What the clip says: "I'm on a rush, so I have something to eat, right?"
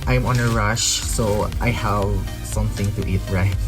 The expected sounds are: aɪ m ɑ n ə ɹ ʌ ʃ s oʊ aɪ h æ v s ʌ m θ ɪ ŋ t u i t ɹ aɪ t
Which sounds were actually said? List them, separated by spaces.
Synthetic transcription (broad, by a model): aɪ m ɑ n ə ɹ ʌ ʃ s oʊ aɪ h æ v s ʌ m θ ɪ ŋ t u i t ɹ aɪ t